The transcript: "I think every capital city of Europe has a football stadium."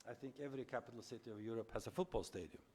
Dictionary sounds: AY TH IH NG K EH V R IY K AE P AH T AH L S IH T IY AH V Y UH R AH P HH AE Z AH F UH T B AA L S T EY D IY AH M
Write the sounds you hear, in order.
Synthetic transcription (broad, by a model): AY TH IH NG K EH V R IY K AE P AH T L S IH T IY AH V Y UH R AH P HH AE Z AH F UH T B AA L S T EY D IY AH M